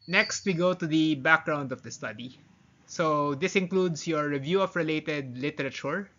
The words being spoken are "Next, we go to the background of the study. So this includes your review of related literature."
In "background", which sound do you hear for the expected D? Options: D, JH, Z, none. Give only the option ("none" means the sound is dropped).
D